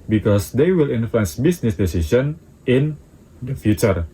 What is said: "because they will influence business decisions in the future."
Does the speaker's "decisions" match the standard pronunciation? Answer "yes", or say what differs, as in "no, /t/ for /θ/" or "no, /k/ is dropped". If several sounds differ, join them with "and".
no, /ʃ/ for /ʒ/ and /z/ is dropped